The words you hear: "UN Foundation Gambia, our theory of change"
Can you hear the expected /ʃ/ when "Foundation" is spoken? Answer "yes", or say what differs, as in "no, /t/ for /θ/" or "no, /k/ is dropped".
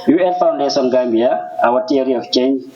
no, /s/ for /ʃ/